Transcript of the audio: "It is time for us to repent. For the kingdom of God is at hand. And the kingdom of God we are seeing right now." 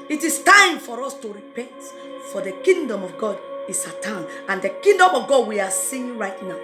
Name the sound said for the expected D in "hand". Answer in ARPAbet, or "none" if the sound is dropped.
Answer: none